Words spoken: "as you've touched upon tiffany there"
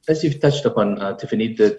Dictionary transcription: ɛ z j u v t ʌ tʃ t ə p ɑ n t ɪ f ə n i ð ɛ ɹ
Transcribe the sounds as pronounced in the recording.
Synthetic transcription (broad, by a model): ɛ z j u v t ʌ tʃ t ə p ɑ n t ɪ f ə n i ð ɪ